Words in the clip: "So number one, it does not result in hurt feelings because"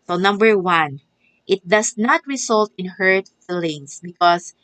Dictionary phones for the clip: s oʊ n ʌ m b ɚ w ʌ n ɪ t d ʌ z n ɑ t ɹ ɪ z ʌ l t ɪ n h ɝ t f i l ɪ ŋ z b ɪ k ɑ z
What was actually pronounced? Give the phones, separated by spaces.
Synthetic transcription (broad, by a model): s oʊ n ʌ m b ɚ w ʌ n ɪ t d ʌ s n ɑ t ɹ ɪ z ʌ l t ɪ n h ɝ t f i l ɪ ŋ s b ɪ k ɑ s